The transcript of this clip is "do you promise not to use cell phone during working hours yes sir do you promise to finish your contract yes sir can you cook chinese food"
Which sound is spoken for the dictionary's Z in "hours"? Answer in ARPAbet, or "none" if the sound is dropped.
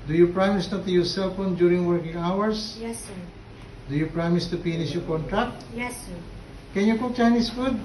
S